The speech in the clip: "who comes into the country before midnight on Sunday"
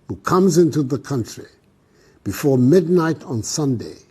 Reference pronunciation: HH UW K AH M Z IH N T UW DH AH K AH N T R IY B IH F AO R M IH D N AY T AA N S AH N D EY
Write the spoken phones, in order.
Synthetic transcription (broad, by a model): HH UW K AH M Z IH N T UW DH AH K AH N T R IY B IH F AO R M IH D N AY T N S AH N D EY